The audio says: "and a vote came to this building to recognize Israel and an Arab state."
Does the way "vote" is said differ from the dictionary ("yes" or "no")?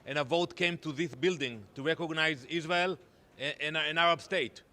no